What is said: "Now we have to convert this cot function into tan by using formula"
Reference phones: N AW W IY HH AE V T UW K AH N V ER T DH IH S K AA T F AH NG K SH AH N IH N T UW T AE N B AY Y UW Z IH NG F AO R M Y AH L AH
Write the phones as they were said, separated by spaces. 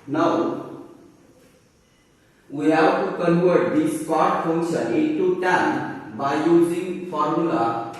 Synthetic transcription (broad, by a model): N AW W IY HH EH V T UW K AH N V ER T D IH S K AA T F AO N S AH IH T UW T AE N B AY Y UW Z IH NG F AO R M Y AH L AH